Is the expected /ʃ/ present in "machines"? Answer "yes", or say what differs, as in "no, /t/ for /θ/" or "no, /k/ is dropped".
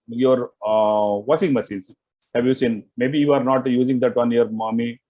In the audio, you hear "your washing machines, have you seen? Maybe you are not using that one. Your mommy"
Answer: no, /s/ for /ʃ/